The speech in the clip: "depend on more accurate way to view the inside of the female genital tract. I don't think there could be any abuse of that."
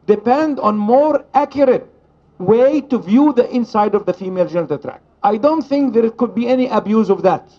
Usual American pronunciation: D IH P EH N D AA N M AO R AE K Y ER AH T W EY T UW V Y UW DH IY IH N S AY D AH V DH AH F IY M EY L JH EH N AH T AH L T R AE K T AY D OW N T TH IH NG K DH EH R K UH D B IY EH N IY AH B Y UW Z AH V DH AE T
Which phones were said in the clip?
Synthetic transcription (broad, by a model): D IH P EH N D AA N M AO R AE K Y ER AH T W EY T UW V Y UW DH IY IH N S AY D AH V DH AH F IY M EY L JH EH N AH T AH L T R AE K T AY D OW N T TH IH NG K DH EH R K UH D B IY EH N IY AH B Y UW Z AH V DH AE T